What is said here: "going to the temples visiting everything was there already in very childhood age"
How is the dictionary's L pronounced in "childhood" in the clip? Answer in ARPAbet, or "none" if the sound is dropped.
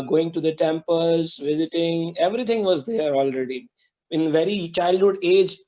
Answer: L